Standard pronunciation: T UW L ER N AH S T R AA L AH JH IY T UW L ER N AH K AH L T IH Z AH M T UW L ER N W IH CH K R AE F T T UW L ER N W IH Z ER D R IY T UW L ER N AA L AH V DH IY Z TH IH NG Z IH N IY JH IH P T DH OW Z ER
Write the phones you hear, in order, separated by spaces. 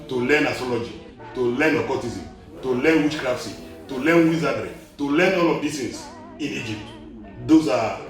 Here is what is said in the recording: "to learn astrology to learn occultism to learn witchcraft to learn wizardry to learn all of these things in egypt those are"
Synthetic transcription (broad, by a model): T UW L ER N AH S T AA L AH JH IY T UW L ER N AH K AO T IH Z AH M T UW L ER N W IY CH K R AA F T T UW L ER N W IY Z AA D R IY T UW L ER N AA L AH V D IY TH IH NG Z IH N IY JH IH P T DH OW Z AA